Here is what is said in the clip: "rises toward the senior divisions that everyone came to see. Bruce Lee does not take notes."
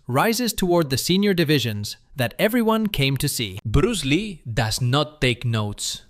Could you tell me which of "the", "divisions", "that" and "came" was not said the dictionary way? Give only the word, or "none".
none